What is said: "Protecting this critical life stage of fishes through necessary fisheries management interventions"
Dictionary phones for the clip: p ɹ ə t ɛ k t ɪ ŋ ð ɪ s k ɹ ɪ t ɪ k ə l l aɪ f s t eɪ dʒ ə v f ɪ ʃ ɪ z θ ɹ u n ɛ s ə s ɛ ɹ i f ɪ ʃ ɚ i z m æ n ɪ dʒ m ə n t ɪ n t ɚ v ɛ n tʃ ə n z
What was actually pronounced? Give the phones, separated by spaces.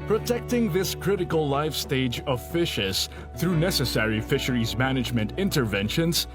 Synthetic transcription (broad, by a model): p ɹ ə t ɛ k t ɪ ŋ ð ɪ s k ɹ ɪ t ɪ k ə l l aɪ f s t eɪ dʒ ə v f ɪ ʃ ɪ z θ ɹ u n ɛ s ə s ɛ ɹ i f ɪ ʃ ɚ i z m æ n ɪ dʒ m ə n t ɪ n t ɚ v ɛ n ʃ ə n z